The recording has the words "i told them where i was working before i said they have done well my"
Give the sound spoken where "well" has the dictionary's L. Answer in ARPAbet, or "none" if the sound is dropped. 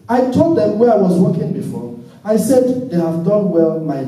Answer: L